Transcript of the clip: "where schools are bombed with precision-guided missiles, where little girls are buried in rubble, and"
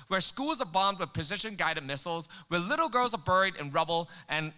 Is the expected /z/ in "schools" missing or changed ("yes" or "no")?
no